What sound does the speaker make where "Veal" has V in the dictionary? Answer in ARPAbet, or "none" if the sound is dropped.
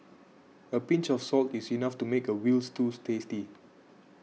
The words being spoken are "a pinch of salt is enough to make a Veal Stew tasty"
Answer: W